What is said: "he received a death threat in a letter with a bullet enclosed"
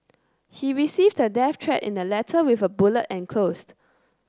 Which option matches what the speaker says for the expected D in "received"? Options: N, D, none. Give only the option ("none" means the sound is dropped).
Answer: D